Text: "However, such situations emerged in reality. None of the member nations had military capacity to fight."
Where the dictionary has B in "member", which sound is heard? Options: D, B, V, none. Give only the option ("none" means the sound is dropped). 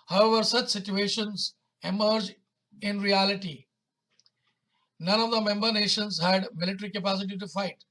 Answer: B